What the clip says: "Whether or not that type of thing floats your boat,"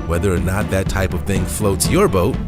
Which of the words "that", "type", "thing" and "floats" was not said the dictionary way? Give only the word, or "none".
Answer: none